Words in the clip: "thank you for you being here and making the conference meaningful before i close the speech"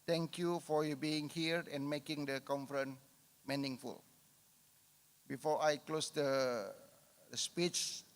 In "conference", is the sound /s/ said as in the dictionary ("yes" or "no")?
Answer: no